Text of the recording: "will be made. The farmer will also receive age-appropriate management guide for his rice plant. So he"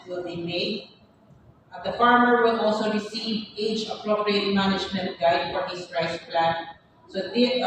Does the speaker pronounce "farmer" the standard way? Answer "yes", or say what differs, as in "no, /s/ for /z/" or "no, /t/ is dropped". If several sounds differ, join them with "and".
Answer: yes